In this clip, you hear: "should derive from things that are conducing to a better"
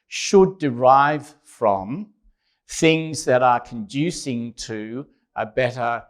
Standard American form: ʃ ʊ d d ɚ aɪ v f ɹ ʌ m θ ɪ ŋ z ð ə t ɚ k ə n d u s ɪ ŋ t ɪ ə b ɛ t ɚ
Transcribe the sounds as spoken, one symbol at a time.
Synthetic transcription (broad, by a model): ʃ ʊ d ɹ aɪ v f ɹ ʌ m θ ɪ ŋ z ð ə t ɚ k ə n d u s ɪ ŋ t ɪ ə b ɛ t ɚ